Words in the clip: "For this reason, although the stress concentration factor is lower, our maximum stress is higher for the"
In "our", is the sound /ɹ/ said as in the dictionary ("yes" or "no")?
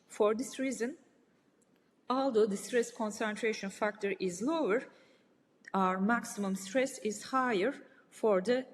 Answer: yes